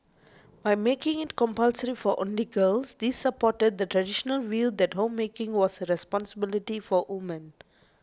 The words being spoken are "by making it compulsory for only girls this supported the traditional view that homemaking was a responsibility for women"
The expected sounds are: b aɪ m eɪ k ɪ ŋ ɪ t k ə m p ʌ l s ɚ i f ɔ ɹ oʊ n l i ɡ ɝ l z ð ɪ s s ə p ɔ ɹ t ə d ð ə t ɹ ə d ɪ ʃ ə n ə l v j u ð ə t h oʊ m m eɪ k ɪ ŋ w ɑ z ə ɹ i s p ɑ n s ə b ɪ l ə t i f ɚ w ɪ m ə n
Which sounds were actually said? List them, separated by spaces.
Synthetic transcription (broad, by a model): b aɪ m eɪ k ɪ ŋ ɪ t k ə m p ʌ l s ɚ i f ɔ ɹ oʊ n l i ɡ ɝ l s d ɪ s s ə p ɔ t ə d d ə t ɹ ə d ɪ ʃ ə n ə l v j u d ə t h oʊ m m eɪ k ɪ ŋ w ɑ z ə ɹ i s p ɑ n s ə b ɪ l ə t i f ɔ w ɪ m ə n